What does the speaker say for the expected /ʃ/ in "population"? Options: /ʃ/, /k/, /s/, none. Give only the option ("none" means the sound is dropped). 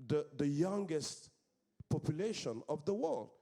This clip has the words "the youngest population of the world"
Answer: /ʃ/